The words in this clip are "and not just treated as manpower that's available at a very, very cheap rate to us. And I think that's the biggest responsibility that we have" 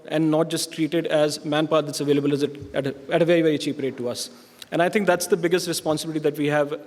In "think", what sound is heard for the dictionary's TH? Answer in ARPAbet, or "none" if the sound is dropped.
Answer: T